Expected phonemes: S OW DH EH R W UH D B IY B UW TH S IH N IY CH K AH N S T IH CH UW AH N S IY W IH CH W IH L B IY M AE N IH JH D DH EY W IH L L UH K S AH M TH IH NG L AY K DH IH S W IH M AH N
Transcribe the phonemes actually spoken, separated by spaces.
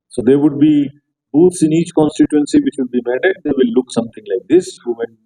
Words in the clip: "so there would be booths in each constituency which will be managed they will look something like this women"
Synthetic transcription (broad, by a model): S OW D EH R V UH D B IY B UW T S IH N IY CH K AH N S T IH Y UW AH N S IY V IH CH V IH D B IY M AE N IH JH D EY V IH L L UH K S AH M T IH NG L AY K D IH S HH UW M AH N